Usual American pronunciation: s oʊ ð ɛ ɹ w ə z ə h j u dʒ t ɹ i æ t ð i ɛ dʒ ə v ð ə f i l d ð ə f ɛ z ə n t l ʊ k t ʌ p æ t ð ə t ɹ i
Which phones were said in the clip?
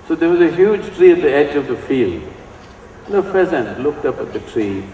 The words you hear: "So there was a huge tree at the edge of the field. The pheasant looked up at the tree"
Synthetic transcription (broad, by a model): s oʊ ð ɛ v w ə z ə h j u dʒ t ɹ i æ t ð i ɛ dʒ ə v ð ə f i l d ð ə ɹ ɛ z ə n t l ʊ k t ʌ p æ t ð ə t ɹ i